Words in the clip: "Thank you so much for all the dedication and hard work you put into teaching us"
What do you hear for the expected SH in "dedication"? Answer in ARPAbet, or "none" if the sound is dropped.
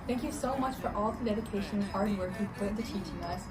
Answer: none